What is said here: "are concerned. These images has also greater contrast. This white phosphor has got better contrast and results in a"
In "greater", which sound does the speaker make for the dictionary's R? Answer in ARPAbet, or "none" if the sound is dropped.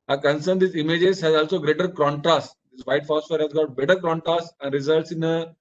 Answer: R